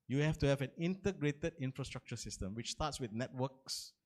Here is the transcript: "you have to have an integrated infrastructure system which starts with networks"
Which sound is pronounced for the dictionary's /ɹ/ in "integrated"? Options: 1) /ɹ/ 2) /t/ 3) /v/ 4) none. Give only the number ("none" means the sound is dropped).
1